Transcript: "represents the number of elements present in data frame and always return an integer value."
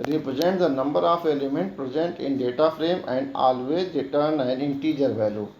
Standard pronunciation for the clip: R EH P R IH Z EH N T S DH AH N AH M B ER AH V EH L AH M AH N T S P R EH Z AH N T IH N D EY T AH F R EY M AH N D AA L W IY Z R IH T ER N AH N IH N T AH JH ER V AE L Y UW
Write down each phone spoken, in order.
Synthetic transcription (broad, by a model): R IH P R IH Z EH N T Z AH N AH M B ER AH F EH L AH M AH N T P R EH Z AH N T IH N D EY T AH F R EY M AH N D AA L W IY R IH T ER N AH N IH N T AH JH ER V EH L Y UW